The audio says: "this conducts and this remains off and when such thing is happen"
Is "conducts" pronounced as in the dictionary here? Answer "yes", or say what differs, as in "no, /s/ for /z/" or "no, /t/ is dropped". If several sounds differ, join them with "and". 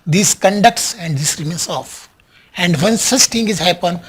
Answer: yes